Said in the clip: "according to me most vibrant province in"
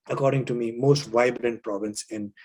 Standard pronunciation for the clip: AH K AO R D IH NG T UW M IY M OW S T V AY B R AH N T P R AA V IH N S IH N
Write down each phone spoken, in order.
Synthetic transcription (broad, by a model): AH K AO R D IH NG T UW M IY M OW S T V AY B R AH N T P R AA V IH N S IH N